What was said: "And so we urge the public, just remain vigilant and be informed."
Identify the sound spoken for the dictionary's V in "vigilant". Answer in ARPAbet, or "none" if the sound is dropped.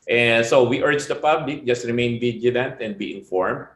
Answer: B